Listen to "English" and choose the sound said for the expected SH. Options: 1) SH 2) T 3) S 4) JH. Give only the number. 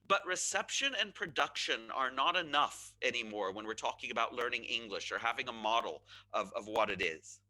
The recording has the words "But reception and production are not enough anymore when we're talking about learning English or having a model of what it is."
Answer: 1